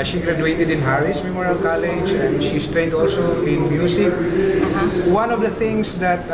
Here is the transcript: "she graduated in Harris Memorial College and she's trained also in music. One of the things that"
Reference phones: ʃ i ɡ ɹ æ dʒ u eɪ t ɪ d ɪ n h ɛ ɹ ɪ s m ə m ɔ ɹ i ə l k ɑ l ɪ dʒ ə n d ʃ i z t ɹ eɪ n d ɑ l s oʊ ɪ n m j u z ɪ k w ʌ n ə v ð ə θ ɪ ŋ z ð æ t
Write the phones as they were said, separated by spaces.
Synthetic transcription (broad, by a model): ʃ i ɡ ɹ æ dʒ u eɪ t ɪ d ɪ n h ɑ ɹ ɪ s m ə m ɔ ɹ i ə l k ɑ l ɪ dʒ ə n d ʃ i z t ɹ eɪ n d ɑ l s oʊ ɪ n m j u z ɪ k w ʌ n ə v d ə t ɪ ŋ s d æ t